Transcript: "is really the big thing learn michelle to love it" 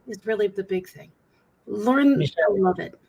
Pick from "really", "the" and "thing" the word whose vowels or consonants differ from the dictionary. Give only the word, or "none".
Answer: none